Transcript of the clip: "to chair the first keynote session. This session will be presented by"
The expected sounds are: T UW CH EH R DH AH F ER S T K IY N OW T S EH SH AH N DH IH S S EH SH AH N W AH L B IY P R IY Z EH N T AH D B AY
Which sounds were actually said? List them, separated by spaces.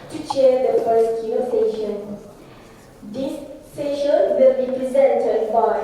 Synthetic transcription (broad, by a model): T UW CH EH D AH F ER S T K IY OW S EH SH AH N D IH S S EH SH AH N W AH L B IY P R IY Z EH N T AH D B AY